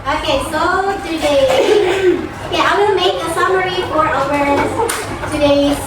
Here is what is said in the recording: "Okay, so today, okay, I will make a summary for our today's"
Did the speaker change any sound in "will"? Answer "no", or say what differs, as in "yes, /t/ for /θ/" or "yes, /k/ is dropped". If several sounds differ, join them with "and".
yes, /n/ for /l/